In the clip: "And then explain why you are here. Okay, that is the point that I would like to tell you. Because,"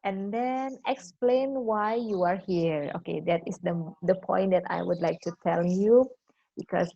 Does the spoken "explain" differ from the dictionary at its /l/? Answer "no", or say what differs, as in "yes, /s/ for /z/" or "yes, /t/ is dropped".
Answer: no